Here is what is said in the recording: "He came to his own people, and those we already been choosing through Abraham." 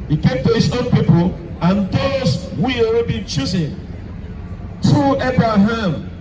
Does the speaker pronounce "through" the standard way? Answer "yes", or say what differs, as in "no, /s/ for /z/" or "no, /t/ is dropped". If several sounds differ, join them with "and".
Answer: no, /t/ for /θ/